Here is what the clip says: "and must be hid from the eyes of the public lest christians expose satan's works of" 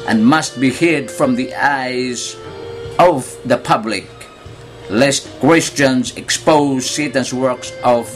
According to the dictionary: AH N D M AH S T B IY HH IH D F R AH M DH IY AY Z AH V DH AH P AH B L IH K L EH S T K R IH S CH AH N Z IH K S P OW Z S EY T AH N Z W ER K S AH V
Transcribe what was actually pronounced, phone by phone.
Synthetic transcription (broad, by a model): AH N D M AH S T B IY HH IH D F R AH M DH IY AY Z AH V DH AH P AH B L IH K L EH S T K W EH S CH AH N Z IH K S P OW Z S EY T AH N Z W ER K S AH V